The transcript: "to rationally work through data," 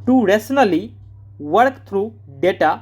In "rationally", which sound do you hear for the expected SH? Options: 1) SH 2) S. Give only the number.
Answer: 2